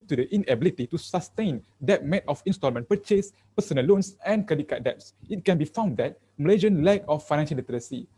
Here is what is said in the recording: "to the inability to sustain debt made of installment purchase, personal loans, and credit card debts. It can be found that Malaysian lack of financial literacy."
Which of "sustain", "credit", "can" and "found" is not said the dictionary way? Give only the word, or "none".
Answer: credit